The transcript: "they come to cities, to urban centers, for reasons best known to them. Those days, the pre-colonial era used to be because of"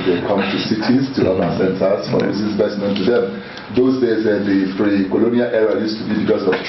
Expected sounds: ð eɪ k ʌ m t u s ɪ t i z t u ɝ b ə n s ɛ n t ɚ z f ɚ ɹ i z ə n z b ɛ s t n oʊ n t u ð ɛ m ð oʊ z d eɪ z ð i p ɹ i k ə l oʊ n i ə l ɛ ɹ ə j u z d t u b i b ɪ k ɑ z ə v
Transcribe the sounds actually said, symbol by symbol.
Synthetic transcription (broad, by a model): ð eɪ k ʌ m t u s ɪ t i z t u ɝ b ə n s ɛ n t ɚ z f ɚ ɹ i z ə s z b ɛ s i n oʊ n t u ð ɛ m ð oʊ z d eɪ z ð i f ɹ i k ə l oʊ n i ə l ɛ ɹ ə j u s t u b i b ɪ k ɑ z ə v